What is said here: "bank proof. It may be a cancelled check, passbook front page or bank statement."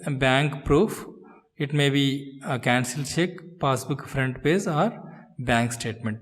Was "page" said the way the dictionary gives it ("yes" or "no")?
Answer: no